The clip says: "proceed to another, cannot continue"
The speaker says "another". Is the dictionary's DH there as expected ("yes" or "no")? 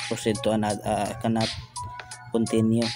no